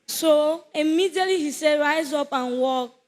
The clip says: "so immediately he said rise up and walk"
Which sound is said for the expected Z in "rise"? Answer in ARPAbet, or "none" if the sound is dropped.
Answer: Z